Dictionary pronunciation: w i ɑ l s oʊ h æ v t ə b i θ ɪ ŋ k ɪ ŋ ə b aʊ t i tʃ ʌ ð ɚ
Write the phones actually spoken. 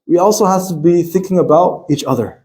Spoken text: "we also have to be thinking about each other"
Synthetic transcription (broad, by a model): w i ɑ l s oʊ h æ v t ə b i θ ɪ ŋ k ɪ ŋ ə b aʊ t i tʃ ʌ ð ɚ